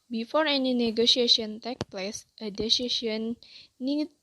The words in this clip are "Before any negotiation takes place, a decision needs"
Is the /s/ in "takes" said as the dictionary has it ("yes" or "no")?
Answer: no